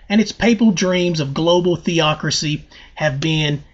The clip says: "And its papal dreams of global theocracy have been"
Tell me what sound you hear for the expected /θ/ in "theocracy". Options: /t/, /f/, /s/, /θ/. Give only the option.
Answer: /θ/